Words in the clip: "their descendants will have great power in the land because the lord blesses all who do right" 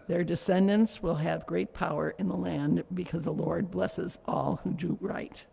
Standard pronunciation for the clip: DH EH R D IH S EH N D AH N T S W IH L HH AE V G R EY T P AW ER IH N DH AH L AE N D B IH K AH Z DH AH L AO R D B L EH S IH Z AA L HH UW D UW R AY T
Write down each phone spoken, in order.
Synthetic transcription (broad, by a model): DH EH R D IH S EH N D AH N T S W IH L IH V G R EY T P AW ER IH N DH AH L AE N B IH K AH Z DH AH L AO R D B L EH S IH Z AA L HH UW D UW R AY T